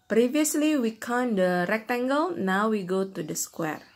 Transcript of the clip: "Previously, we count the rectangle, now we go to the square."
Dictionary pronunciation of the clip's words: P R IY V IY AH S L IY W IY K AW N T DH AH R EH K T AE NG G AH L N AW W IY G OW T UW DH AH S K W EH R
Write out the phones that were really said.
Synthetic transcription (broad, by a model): P R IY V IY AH S L IY W IY K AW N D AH R EH K T AE NG G AH L N AW W IY G OW T UW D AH S K W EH R